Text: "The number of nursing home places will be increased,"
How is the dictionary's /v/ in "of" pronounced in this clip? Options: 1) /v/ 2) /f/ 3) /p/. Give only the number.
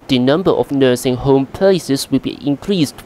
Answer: 2